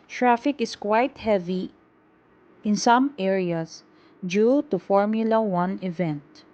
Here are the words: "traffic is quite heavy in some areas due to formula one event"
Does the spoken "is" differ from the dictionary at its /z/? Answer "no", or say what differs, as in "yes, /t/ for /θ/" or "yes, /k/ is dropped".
yes, /s/ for /z/